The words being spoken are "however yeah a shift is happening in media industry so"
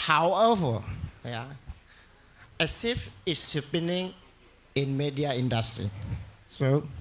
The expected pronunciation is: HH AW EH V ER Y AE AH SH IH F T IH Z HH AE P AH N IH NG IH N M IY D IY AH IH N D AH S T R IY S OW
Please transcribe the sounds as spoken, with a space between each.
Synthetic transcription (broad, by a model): HH AW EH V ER Y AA AH S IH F IH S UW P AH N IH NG IH N M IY D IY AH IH N D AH S T R IY S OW